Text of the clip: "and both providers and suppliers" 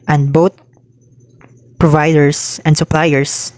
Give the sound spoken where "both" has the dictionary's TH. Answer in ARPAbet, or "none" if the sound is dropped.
T